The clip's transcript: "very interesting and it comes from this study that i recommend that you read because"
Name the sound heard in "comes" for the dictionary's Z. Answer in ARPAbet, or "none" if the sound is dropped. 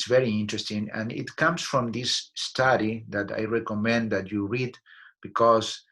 S